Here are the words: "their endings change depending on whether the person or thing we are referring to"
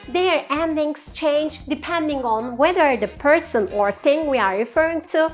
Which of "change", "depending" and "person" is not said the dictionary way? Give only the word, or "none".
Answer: none